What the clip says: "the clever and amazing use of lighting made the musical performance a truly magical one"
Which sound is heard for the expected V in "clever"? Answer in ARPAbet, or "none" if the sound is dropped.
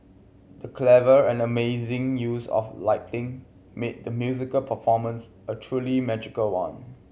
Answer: V